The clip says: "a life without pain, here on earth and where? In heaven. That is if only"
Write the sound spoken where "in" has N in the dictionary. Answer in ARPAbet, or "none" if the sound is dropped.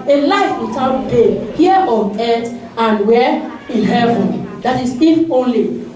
L